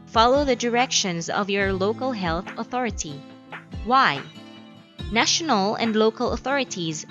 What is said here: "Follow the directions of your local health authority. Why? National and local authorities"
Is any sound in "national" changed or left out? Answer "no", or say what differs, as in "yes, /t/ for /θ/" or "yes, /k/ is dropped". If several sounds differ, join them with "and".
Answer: no